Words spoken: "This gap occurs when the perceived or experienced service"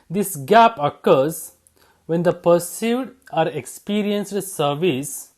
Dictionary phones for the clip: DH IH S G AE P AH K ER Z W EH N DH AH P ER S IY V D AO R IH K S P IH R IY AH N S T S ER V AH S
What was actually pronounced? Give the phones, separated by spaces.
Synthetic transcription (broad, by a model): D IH S G AE P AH K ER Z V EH N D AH P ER S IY D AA R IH K S P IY R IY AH N S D S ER V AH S